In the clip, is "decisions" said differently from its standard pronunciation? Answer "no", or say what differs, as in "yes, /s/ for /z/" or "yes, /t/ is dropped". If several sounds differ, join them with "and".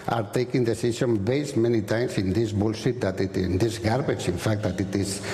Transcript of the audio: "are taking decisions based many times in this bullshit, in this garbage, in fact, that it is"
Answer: yes, /s/ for /ʒ/ and /z/ is dropped